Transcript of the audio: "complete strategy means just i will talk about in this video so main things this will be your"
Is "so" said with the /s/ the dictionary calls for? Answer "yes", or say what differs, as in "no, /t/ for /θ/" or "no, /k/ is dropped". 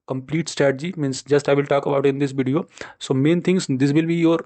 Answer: yes